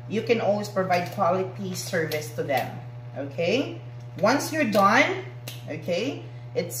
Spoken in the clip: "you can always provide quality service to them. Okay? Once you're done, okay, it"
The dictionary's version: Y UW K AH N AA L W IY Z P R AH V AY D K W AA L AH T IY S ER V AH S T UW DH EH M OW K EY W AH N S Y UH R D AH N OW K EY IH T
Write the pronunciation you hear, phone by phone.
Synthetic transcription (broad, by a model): Y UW K AH N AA L W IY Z P R AH V AY D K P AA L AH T IY S ER V AH S T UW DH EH M OW K EY W AH N S Y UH R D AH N OW K EY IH T